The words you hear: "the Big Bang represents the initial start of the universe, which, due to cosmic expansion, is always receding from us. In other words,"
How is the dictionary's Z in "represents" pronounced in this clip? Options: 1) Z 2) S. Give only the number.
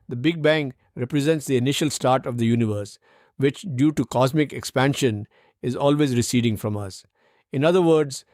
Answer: 1